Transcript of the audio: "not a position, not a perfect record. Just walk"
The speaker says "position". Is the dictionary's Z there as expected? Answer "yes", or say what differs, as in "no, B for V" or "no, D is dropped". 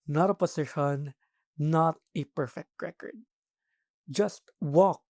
no, S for Z